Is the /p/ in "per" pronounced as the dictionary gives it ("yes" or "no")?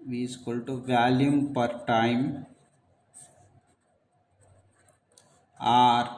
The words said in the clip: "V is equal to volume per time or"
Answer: yes